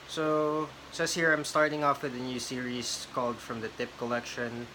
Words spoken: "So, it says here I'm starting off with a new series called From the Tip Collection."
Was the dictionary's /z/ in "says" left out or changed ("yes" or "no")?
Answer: yes